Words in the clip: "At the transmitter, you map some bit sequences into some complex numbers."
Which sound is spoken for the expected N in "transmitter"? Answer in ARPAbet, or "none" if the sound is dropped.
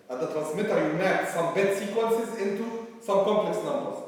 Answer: N